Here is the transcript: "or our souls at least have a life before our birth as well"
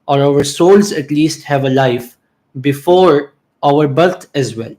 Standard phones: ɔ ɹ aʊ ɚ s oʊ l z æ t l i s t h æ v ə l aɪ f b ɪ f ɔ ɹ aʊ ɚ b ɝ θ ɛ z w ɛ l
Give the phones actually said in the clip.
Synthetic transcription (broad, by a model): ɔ ɹ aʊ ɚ s oʊ l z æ t l i s t h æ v ə l aɪ f b ɪ f ɔ ɹ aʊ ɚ b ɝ t ɛ z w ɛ l